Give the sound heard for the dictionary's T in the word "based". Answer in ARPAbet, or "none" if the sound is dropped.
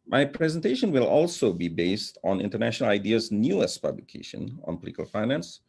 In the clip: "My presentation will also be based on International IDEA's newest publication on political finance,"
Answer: T